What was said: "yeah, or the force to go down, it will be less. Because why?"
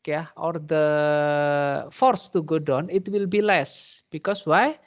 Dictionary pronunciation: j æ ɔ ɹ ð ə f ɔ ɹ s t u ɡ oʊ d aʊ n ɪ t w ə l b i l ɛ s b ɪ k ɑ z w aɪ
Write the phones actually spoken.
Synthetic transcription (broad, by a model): j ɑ ɔ ɹ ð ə f ɔ ɹ s t u ɡ oʊ d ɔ n ɪ t w ə l b i l ɛ s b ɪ k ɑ s w aɪ